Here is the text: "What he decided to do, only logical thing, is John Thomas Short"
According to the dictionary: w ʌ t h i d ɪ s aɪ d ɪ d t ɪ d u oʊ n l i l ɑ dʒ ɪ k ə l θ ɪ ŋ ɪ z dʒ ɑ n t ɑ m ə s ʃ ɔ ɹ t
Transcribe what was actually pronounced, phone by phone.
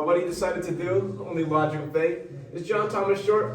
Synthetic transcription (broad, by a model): w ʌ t h i d ɪ s aɪ d ɪ d t ɪ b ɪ oʊ n l i l ɑ dʒ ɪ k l f ɪ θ ɪ z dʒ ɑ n t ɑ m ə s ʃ ɔ ɹ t